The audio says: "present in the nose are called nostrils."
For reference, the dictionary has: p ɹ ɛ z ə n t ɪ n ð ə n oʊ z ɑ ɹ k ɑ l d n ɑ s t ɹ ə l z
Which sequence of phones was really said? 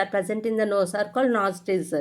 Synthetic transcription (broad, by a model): p ɹ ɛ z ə n t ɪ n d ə n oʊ s ɑ ɹ k ɑ l d n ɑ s t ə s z